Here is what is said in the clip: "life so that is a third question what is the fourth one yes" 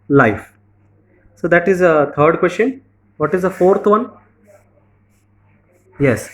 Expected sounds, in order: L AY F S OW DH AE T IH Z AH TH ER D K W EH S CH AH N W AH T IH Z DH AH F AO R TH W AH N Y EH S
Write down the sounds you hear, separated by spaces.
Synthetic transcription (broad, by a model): L AY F S OW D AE T IH Z AH T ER D K W EH S CH AH N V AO T IH Z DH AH F AO R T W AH N Y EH S